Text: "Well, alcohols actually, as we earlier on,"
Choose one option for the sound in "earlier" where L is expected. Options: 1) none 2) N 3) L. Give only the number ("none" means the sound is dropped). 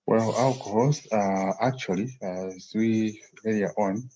1